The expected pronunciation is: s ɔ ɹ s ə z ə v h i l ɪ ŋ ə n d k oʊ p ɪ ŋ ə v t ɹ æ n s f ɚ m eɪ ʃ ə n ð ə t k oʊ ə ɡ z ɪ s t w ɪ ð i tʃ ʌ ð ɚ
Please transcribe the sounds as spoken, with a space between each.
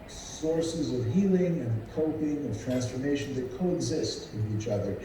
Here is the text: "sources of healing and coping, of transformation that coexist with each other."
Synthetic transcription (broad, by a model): s ɔ ɹ s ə z ə v h i l ɪ ŋ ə n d k oʊ p ɪ ŋ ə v t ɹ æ n s f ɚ m eɪ ʃ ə n ð ə t k oʊ ə ɡ z ɪ s t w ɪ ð i tʃ ʌ ð ɚ